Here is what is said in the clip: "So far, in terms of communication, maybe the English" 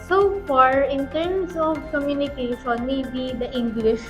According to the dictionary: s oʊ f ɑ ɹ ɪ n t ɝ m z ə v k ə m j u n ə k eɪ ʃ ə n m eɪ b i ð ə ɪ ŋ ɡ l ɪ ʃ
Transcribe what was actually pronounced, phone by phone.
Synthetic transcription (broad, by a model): s oʊ f ɑ ɹ ɪ n t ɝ m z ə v k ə m j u n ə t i s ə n m eɪ b i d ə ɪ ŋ ɡ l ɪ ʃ